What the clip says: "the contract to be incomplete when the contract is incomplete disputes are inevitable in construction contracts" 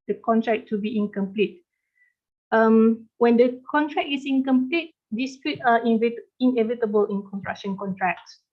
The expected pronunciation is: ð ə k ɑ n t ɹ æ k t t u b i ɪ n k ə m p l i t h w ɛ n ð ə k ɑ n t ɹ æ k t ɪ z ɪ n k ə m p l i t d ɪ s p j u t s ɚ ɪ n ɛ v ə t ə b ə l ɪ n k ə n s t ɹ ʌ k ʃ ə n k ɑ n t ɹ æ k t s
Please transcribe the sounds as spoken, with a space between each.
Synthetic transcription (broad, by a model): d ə k ɑ n t ɹ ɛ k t t u b i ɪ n k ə m p l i t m w ɛ n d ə k ɑ n t ɹ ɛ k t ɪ s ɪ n k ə m p l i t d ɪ s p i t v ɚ ɪ n ɛ v ə t ə b ə l ɪ n k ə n t ɹ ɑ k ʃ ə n k ɑ n t ɹ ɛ k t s